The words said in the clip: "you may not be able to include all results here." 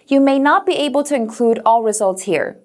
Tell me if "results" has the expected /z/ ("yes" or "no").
yes